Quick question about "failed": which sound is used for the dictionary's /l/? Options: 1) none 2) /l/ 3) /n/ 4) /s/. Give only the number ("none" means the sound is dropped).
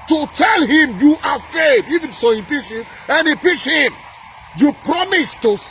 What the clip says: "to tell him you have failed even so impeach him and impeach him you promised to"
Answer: 1